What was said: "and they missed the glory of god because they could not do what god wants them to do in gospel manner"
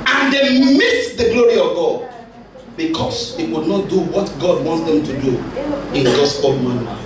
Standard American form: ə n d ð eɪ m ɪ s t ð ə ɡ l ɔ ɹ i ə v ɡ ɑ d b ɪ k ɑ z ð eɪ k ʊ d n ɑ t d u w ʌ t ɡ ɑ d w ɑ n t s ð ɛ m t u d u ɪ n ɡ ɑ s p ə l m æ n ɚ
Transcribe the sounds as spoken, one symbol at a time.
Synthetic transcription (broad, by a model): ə n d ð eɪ m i t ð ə ɡ l ɔ ɹ i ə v ɡ ɑ d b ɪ k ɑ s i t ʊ d n ɑ t d u w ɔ t ɡ ɑ d w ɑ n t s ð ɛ m t u d u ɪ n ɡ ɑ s ə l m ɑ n